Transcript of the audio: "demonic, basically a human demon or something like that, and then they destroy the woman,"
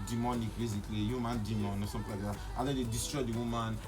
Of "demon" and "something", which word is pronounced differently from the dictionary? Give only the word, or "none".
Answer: something